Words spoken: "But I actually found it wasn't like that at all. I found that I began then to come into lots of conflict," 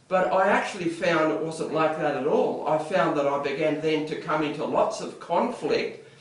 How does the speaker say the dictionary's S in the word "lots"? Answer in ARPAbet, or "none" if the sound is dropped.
S